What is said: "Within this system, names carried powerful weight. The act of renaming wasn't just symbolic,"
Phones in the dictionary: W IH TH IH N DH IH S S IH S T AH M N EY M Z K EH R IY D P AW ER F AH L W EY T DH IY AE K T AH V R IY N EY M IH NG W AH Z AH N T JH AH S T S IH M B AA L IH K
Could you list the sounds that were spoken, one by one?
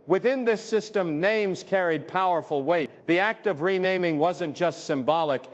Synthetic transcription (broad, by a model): W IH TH IH N DH IH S S IH S T AH M N EY M Z K EH R IY D P AW ER F L W EY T DH IY AE K T AH V R IY N EY M IH NG W AH Z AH N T JH AH S T S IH M B AA L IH K